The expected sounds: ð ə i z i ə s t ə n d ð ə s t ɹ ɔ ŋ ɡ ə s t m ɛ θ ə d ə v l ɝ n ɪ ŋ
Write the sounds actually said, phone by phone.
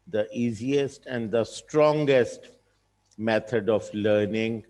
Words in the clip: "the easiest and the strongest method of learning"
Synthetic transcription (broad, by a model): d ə i z i ə s t ə n d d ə s t ɹ ɔ ŋ ɡ ə s t m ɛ t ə d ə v l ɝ n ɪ ŋ